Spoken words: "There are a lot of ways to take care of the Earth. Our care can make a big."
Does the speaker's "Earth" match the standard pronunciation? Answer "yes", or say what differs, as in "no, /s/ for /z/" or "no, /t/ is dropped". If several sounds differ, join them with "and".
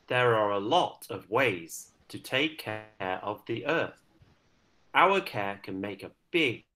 yes